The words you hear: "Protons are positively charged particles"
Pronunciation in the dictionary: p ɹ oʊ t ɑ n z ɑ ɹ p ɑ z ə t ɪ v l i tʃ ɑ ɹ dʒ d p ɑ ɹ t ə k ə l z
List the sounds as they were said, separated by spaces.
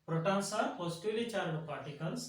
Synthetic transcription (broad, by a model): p ɹ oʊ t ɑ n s ɑ ɹ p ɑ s t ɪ l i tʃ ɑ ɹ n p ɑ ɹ t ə k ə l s